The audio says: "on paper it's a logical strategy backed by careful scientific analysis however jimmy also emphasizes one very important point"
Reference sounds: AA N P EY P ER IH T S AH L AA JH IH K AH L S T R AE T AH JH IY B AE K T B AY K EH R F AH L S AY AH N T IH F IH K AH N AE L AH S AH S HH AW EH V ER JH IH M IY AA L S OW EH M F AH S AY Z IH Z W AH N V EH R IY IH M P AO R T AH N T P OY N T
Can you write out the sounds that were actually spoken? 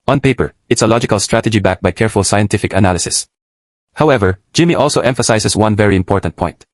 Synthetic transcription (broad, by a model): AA N P EY P ER IH T S AH L AA JH IH K AH L S T R AE T AH JH IY B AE K B AY K EH R F AH L S AY AH N T IH F IH K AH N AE L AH S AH S HH AW EH V ER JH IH M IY AA L S OW EH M F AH S AY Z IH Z W AH N V EH R IY IH M P AO R T AH N T P OY N T